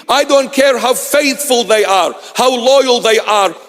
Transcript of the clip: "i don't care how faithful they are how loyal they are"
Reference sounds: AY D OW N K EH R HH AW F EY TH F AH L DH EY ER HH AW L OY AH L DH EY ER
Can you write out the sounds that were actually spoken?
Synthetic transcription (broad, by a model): AY D OW N K EH R HH AW F EY TH F AH L DH EY ER HH AW L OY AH L DH EY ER